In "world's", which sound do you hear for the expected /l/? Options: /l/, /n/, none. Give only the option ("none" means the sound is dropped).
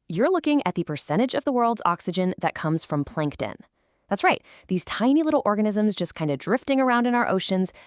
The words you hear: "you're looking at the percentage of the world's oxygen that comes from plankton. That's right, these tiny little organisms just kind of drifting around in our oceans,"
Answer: /l/